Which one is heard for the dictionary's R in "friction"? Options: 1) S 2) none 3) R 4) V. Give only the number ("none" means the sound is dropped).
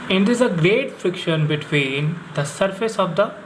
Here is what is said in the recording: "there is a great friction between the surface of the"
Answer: 3